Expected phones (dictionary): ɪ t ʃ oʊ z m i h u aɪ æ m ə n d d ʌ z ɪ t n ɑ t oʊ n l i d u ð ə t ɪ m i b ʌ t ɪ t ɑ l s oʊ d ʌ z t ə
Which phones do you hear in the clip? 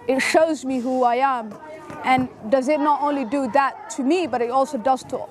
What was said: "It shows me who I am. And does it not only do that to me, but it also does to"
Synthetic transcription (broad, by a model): ɪ t ʃ oʊ z m i h u aɪ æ m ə n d d ʌ z ɪ t n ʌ t oʊ n l i d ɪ ð ə t ɪ m i b ʌ t ɪ t ɑ l s oʊ d ʌ z t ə